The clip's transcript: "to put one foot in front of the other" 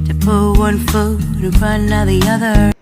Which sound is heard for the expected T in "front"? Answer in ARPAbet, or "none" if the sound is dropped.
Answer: none